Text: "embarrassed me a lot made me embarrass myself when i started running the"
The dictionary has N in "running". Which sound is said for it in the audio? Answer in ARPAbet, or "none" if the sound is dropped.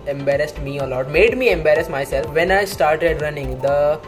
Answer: N